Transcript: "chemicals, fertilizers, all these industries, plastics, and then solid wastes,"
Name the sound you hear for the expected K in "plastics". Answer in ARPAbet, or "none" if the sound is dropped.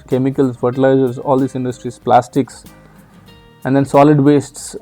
K